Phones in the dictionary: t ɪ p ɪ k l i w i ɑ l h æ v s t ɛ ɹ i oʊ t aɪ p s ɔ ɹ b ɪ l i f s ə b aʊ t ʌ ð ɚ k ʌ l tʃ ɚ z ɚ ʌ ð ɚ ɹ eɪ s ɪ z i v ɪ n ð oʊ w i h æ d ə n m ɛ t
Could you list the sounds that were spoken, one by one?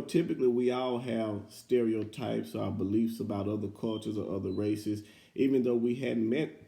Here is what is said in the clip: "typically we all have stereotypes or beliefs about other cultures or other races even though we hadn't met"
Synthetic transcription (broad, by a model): t ɪ p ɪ k l i w i ɑ l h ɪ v s t ɛ ɹ i oʊ t aɪ p s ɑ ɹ b ɪ l i f s ə b aʊ t ʌ ð ɚ k ʌ l tʃ ɚ z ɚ ʌ ð ɚ ɹ eɪ s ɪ z i v ɪ n ð oʊ w i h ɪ d m ɛ t